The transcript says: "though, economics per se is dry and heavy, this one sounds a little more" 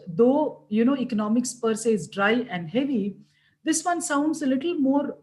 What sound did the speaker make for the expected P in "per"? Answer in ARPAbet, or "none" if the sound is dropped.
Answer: P